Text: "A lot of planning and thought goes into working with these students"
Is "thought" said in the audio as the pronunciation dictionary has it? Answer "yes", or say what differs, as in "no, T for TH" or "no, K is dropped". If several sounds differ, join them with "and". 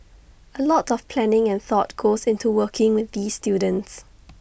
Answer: yes